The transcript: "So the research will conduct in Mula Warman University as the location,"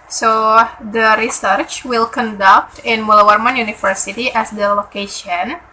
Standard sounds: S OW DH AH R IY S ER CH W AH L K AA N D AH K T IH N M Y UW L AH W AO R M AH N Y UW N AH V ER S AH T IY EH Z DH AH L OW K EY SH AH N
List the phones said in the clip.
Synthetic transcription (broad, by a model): S OW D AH R IY S ER CH W AH L K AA N D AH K T IH N M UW L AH W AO R M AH N Y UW N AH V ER S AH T IY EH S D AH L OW K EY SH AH N